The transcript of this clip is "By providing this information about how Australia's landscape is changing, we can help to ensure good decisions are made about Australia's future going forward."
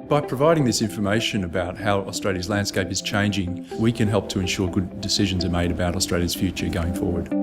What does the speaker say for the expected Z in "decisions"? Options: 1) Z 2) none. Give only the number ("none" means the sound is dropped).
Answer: 1